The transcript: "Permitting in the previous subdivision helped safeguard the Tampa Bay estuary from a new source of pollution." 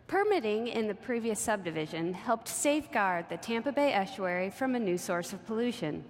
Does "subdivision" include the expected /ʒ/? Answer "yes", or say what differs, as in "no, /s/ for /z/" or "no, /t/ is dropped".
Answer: yes